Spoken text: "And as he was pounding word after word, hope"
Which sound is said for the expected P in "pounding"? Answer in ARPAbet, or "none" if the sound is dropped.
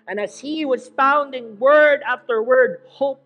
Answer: F